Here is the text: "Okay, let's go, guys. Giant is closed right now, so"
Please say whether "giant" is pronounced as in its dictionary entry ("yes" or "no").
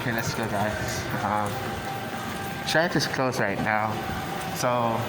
no